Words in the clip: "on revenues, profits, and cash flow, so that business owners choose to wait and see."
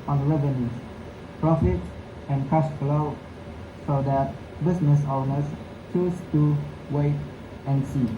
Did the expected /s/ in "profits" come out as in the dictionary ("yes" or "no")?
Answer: no